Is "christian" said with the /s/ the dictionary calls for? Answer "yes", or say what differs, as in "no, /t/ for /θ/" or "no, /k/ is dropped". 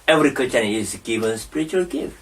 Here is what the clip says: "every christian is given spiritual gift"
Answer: no, /s/ is dropped